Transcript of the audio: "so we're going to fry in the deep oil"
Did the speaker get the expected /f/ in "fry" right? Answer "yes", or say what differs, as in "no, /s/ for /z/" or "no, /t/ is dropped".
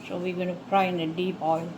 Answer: no, /p/ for /f/